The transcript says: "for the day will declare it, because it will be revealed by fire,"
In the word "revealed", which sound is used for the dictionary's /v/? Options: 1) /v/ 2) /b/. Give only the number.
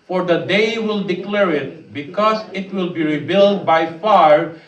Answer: 2